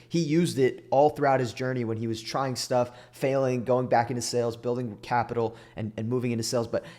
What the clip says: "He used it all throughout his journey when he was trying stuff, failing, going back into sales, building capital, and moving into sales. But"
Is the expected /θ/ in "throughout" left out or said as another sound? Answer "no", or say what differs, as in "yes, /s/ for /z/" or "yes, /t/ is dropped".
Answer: no